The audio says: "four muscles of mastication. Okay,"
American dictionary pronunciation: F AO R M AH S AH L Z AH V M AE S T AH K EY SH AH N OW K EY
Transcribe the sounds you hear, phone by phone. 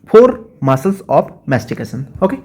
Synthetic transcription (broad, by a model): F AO R M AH S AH L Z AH P M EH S T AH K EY S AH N OW K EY